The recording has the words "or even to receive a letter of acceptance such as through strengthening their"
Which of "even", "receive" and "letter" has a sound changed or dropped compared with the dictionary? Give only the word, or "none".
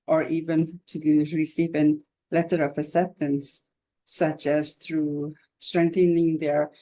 none